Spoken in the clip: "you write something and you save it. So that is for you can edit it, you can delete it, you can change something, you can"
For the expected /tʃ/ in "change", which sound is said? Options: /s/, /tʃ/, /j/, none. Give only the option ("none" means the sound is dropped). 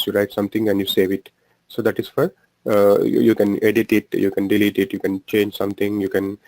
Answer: /tʃ/